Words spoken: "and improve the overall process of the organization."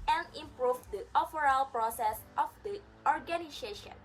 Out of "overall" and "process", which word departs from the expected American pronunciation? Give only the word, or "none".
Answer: overall